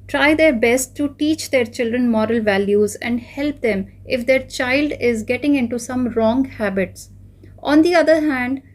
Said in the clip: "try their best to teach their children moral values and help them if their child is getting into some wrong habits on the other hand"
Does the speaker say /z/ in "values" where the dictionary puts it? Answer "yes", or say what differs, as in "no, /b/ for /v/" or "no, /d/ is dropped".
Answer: yes